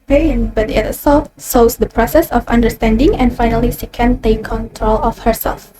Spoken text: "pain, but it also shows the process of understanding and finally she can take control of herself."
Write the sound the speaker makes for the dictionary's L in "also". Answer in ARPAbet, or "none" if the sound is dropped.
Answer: none